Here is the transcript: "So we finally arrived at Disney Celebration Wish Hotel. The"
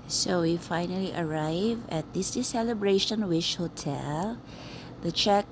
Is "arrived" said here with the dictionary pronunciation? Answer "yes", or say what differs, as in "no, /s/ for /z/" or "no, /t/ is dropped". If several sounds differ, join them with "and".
no, /d/ is dropped